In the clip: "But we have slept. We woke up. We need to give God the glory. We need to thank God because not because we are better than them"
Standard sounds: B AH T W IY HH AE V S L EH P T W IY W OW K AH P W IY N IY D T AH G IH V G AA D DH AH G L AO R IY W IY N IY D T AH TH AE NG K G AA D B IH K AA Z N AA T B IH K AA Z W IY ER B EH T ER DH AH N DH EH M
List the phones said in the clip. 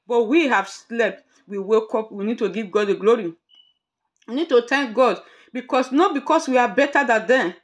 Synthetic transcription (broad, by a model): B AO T W IY HH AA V S L EH P T W IY W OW K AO P W IY N IY D T AH G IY V G AA D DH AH G L AO R IY W IY N IY D T AH T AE NG K G AA D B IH K AA S N AA T B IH K AA S W IY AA B EH T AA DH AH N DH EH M